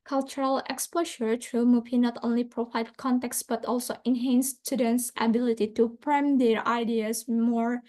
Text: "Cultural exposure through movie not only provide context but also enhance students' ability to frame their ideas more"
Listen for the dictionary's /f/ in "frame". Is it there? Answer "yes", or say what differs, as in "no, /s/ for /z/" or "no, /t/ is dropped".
no, /p/ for /f/